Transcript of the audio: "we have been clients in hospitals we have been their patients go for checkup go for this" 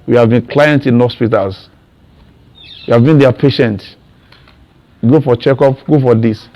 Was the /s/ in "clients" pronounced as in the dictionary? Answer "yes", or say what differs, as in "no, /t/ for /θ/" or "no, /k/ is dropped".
no, /s/ is dropped